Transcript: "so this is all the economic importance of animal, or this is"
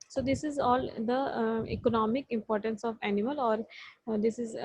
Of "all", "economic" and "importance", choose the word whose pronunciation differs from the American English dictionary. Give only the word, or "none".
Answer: none